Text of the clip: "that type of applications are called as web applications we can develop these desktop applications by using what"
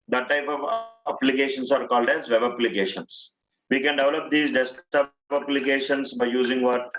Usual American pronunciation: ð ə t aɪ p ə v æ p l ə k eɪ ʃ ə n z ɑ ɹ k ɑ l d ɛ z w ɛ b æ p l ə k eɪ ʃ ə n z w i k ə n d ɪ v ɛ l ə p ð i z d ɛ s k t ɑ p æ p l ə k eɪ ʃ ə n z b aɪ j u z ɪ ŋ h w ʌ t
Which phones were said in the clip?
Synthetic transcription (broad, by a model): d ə t aɪ p ə v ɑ p l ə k eɪ ʃ ə n s ɑ ɹ k ɑ l d ɛ z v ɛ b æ p l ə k eɪ ʃ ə n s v i k ə n d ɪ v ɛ l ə p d i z d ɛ s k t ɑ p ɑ p l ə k eɪ ʃ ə n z b aɪ j u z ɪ ŋ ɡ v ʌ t